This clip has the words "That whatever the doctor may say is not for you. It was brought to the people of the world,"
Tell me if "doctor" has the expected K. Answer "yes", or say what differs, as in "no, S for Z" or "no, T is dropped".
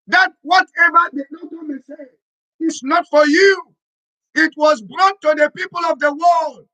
no, K is dropped